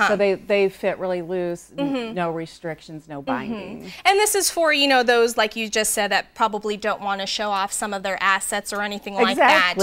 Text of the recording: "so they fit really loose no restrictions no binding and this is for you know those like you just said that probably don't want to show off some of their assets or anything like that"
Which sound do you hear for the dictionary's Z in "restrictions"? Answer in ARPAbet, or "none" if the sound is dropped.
Z